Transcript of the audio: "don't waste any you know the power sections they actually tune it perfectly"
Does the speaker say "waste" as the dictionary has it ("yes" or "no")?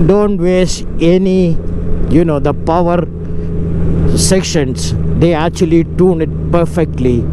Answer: no